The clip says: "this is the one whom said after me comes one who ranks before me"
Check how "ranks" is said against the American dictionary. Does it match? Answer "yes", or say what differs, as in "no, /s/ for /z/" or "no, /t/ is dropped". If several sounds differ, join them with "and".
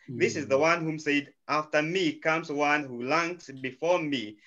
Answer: no, /l/ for /ɹ/